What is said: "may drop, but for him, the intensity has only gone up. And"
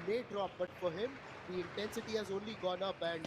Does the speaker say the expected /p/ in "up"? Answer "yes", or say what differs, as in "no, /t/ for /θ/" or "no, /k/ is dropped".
no, /b/ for /p/